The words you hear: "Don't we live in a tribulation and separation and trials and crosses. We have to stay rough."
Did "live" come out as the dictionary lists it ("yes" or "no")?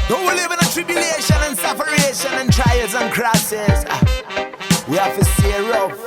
yes